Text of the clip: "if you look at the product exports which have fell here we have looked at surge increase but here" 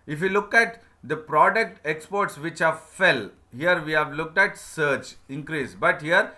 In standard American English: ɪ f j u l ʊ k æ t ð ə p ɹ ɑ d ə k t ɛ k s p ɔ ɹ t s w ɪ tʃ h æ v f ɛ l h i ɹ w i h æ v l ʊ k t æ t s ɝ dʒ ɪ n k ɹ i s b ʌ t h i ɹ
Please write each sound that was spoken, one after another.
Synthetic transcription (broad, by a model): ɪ f j u l ʊ k æ t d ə p ɹ ɑ d ə k t ɛ k s p ɔ ɹ t s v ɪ tʃ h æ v f ɛ l h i ɹ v i h æ v l ʊ k t æ t s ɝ tʃ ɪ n k ɹ i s b ʌ t h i ɹ